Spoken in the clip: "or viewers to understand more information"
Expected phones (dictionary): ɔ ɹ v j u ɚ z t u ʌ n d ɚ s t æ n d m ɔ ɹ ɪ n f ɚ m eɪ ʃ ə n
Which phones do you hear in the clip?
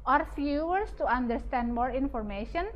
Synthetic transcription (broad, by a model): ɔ ɹ f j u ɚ s t u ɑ n d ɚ s t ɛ n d m ɔ ɹ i n f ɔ m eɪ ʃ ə n